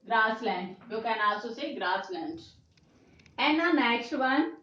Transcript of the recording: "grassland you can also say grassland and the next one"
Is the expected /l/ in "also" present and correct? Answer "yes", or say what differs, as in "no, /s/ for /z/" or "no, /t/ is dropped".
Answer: no, /l/ is dropped